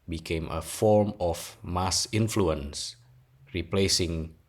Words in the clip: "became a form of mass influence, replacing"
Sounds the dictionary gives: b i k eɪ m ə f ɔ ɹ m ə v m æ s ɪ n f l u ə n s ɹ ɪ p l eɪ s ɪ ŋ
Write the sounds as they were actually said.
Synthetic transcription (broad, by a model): b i k eɪ m ə f ɔ ɹ m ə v m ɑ s ɪ n f l u ə n s ɹ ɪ p l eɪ s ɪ ŋ